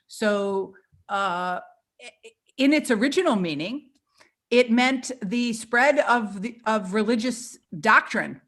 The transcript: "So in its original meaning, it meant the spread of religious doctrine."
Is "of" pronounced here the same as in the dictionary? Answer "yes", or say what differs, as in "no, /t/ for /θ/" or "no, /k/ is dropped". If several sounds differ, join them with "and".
yes